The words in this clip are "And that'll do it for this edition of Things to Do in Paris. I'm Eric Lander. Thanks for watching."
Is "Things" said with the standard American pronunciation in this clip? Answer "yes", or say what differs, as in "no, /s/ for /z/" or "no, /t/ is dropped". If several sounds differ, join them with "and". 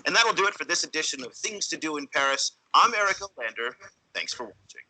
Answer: yes